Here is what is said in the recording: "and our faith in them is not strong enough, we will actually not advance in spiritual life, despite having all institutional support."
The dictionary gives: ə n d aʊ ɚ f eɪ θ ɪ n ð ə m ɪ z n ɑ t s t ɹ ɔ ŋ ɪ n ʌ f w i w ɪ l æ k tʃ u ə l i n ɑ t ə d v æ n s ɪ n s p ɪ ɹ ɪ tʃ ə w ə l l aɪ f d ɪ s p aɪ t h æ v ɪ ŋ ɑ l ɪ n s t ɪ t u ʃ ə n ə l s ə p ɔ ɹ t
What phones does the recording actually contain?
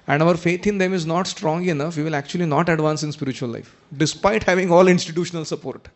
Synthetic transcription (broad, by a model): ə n d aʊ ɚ f eɪ t ɪ n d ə m ɪ z n ɑ t s t ɹ ɔ ŋ ɪ n ʌ f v i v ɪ l æ k tʃ u ə l i n ɑ t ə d v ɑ n s ɪ n s p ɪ ɹ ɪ tʃ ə ə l l aɪ f d ɪ s p aɪ t h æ v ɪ ŋ ɑ l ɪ n s t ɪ t u ʃ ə n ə l s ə p ɔ ɹ t